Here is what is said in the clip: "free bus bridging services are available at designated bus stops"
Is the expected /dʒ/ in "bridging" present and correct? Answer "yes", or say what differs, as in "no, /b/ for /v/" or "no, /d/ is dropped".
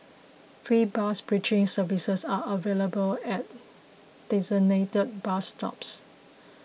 no, /tʃ/ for /dʒ/